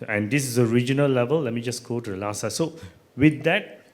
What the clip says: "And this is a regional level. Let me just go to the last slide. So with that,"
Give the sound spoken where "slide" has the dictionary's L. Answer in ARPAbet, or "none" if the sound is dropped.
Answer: none